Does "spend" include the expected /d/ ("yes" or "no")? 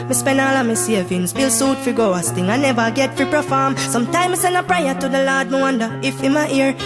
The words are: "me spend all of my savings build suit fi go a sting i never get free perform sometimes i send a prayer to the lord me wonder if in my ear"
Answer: no